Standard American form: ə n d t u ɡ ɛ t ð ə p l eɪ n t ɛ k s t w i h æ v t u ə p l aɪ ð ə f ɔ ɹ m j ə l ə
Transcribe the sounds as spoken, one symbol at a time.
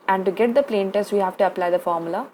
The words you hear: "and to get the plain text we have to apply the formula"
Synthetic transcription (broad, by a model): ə n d t u ɡ ɛ t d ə p l eɪ n t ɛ s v i h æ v t u ə p l aɪ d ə f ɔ ɹ m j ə l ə